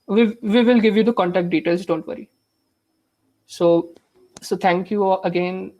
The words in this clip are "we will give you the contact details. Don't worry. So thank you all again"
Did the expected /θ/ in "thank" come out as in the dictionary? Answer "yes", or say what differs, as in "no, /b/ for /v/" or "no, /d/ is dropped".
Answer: no, /t/ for /θ/